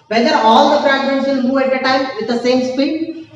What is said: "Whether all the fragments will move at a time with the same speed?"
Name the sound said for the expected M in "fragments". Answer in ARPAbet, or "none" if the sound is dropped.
none